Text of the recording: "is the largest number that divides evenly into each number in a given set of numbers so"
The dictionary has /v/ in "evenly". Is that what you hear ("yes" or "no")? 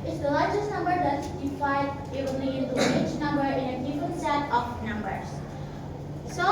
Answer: no